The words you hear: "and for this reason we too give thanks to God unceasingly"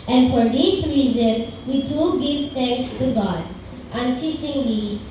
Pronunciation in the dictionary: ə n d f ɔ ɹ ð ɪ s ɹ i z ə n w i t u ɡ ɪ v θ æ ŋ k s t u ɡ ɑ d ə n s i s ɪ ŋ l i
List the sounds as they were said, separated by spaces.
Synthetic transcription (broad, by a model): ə n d f ɔ ɹ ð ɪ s ɹ i z ə n w i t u ɡ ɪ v t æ ŋ k s t u ɡ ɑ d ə n s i s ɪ ŋ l i